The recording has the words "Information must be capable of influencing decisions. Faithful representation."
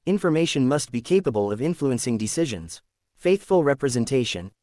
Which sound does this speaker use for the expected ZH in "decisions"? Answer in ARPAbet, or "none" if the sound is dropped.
ZH